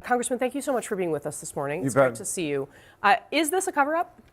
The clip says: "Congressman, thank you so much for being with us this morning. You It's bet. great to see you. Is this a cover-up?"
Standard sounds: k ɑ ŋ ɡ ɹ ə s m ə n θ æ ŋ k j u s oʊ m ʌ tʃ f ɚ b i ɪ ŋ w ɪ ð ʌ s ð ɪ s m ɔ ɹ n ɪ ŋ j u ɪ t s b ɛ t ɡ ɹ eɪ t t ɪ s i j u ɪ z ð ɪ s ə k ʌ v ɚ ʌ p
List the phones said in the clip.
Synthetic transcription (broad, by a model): k ɑ ŋ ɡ ɹ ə s m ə n θ æ ŋ k j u s oʊ m ʌ tʃ f ɚ b i ɪ ŋ w ɪ ð ʌ s ð ɪ s m ɔ ɹ n ɪ ŋ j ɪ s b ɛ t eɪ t t ɪ s i j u ɪ z ð ɪ s ə k ʌ v ɚ ʌ p